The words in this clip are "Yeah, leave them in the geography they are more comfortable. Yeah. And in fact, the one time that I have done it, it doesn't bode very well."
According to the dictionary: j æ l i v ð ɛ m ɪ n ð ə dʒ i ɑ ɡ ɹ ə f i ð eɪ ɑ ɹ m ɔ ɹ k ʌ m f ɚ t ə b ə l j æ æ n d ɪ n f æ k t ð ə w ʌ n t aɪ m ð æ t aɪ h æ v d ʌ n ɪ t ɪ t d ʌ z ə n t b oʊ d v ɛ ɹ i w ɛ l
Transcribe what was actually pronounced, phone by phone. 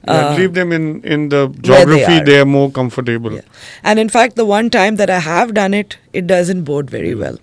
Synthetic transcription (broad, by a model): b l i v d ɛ m ɪ n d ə dʒ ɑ ɡ ɹ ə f i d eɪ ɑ ɹ m ɔ ɹ k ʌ m f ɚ t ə b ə l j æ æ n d ɪ n f æ k t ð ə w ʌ n t aɪ m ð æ t aɪ h æ v d ʌ n ɪ t ɪ t d ʌ z ə n t b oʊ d v ɛ ɹ i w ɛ l